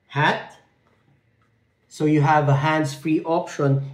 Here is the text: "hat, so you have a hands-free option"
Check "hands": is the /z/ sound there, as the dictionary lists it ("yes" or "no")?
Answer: no